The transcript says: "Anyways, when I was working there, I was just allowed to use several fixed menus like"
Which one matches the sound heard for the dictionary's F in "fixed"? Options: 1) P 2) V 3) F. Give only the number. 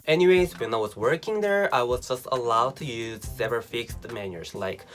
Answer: 3